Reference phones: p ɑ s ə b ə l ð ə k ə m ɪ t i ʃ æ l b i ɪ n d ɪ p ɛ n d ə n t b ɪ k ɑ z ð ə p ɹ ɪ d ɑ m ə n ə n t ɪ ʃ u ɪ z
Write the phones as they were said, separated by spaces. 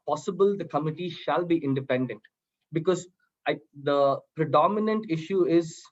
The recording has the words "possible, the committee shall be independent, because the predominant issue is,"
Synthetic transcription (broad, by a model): p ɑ s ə b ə l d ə k ə m ɪ t i ʃ æ l b i ɪ n d ɪ p ɛ n d ə n t b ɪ k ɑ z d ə p ɹ ɪ d ɑ m ə n ə n t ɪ ʃ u ɪ z